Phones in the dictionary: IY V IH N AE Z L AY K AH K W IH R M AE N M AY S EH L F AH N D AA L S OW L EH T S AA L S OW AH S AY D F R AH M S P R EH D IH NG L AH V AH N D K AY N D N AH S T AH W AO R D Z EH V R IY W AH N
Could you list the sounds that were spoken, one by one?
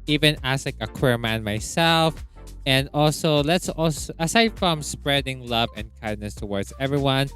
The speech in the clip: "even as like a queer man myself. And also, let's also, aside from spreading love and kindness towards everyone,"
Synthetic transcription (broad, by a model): IY V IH N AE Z L AY K AH K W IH R M AE N M AY S EH L F AH N D AA L S OW L EH T S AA L S OW AH S AY D F R AH M S P R EH D IH NG L AH V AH N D K AY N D N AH S T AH W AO R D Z EH V R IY W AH N